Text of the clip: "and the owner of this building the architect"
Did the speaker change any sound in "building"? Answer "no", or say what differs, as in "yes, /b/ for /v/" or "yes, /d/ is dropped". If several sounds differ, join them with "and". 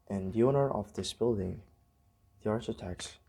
no